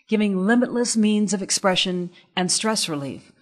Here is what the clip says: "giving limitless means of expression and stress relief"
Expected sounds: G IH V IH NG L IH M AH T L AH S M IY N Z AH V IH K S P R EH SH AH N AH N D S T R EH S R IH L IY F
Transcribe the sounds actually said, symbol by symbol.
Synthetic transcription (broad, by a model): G IH V IH NG L IH M AH T L AH S M IY N Z AH V IH K S P R EH SH AH N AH N S T R EH S R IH L IY F